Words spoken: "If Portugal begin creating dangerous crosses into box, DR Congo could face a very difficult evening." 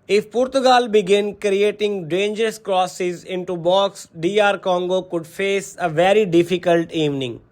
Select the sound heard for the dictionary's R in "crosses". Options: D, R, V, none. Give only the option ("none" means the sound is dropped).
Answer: R